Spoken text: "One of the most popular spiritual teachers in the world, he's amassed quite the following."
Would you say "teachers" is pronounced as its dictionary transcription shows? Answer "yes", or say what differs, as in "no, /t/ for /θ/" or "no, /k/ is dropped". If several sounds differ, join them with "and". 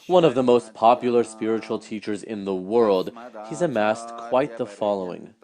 yes